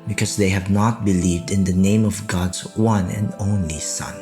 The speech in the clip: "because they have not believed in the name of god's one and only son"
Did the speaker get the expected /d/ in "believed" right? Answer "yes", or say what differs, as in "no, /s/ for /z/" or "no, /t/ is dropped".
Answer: yes